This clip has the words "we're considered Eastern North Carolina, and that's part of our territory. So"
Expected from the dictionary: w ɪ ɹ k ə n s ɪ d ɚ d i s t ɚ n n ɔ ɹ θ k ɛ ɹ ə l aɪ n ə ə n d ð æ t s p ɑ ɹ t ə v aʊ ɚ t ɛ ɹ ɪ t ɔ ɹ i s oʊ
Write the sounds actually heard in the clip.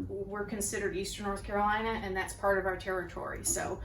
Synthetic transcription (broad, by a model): w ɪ ɹ k ə n s ɪ d ɚ d i s t ɚ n n ɔ ɹ θ k ɛ ɹ ə l aɪ n ə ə n ð æ t s p ɑ ɹ t ə v aʊ ɚ t ɛ ɹ ɪ t ɔ ɹ i s oʊ